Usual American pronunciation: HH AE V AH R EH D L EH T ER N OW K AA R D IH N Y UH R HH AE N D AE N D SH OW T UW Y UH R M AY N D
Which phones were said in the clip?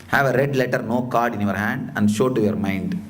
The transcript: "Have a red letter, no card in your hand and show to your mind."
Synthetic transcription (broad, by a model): HH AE V AH R EH D L EH T ER N OW K AA R D IH N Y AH R HH AE N D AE N D SH OW T UW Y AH R M AY N D